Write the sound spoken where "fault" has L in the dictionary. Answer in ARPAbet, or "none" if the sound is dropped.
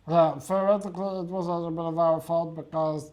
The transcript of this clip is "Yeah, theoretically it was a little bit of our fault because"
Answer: L